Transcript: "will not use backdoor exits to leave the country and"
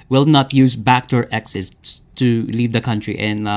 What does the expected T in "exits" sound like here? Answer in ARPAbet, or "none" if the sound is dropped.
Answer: S